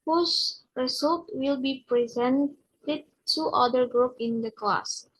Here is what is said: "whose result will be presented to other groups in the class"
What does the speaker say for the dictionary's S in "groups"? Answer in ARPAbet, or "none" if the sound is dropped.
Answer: none